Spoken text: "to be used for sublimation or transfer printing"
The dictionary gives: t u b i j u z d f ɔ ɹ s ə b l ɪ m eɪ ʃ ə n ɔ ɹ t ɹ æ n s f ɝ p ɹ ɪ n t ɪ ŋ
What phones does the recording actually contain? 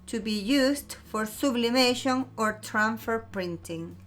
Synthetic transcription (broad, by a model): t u b i j u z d f ɔ ɹ s ə b l ɪ m eɪ ʃ ə n ɔ ɹ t ɹ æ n f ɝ p ɹ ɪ n t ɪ ŋ